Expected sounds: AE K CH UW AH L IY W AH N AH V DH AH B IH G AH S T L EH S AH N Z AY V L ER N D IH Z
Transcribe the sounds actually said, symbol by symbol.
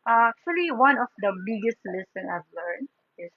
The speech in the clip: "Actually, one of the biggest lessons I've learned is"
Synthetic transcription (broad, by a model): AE K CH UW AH L IY W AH N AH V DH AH B IH G AH S T L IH S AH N AY V L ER N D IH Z